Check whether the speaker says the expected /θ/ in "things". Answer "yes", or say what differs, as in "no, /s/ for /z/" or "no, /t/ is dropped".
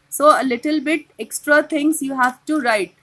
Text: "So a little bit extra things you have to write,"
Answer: no, /t/ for /θ/